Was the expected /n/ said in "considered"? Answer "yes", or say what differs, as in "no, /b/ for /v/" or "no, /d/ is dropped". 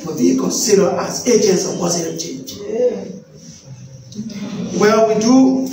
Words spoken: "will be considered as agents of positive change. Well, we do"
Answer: no, /n/ is dropped